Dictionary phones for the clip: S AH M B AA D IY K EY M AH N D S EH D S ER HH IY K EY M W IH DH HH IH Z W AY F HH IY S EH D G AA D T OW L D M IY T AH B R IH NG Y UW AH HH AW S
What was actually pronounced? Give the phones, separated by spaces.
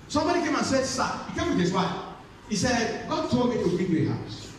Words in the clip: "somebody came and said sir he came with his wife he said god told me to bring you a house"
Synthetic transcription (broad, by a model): S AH M B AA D IY K EY M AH N S EH D S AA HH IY K EY M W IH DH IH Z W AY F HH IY S EH D G AA D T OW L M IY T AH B IH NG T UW AH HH AW S